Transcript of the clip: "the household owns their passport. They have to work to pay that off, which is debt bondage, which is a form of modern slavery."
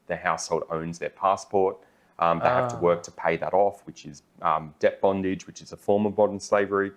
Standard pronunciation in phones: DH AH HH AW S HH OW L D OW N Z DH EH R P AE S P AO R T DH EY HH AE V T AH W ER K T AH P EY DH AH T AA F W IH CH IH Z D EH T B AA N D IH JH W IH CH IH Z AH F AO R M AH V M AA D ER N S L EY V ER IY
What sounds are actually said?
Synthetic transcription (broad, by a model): DH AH HH AW S HH OW L D OW N Z DH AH R P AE S P AO R T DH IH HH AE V T AH W ER K T AH P EY DH AH T AA F W IH CH IH Z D EH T B AA N D IH JH W IH CH IH Z AH F AO R M AH V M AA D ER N S L EY V ER IY